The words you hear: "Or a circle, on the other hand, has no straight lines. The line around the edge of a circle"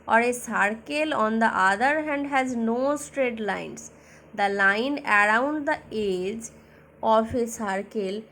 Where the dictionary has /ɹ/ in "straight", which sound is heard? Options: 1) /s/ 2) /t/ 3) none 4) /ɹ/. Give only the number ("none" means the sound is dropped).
4